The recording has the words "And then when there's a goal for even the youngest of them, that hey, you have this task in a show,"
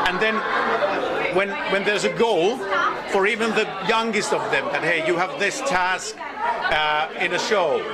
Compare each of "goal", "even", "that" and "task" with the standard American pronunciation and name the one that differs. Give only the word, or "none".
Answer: none